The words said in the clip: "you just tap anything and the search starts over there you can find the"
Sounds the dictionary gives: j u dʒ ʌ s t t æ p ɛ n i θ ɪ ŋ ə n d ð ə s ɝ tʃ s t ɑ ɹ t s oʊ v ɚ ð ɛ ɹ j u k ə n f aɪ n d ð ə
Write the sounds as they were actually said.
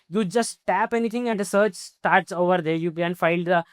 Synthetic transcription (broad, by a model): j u dʒ ʌ s t t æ p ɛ n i t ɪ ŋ ə n d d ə s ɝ tʃ s t ɑ ɹ t s oʊ v ɚ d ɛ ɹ j u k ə n f aɪ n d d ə